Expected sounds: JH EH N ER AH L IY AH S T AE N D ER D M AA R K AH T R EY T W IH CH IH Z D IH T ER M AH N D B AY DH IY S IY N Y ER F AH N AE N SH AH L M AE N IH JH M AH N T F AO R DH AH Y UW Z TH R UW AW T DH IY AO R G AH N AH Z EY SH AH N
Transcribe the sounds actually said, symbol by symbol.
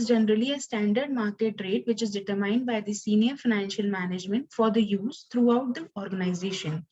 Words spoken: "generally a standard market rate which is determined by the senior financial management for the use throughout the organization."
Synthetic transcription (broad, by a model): JH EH N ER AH L IY AH S T AE N D ER D M AA R K AH T R EY T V IH CH IH Z D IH T ER M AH N D B AY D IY S IY N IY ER F AH N AE N SH AH L M AE N IH JH M AH N T F AO R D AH Y UW Z T R UW AW T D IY AO R G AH N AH Z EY SH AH N